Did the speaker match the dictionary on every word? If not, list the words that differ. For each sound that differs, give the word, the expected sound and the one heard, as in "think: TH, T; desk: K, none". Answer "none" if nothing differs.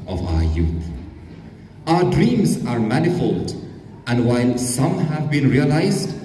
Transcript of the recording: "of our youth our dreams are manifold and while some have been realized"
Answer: none